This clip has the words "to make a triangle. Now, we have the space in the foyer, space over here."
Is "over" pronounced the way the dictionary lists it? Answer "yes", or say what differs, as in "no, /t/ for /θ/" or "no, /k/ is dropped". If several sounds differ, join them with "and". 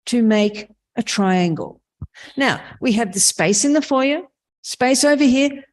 yes